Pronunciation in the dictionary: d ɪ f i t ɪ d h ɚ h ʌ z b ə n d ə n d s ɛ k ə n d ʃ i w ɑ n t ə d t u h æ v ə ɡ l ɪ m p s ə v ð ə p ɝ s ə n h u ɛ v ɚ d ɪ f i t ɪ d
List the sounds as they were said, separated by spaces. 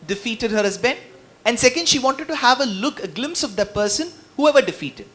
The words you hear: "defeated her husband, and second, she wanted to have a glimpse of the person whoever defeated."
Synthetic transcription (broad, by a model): d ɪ f i t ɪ d h ɚ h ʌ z b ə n ə n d s ɛ k ə n d ʃ i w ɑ n t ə d t u h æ v ə ɡ l ɪ m p s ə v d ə p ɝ s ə n h u ɛ v ɚ d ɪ f i t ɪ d